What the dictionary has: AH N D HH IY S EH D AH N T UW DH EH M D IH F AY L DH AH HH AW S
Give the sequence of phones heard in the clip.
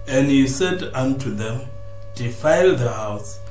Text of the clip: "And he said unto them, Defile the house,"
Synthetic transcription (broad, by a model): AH N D HH IY S EH D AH N T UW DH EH M D IH F AY L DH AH HH AW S